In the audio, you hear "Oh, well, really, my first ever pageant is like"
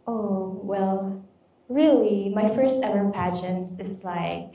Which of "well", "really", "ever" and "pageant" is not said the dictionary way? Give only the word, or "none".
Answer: pageant